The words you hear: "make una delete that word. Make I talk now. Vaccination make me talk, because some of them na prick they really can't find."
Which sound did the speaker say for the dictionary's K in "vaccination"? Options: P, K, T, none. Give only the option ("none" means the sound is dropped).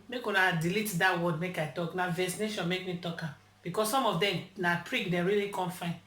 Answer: none